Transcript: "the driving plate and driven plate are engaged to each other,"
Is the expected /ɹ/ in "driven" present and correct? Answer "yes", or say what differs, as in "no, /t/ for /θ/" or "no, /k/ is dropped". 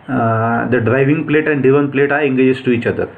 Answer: no, /ɹ/ is dropped